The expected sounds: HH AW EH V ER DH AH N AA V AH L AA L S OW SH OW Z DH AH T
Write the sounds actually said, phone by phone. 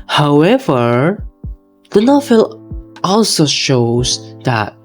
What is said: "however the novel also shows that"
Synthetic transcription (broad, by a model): HH AW EH V ER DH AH N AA F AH L AA L S OW SH OW Z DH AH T